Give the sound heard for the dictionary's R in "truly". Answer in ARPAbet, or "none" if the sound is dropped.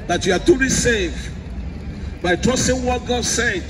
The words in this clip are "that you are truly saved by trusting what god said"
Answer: none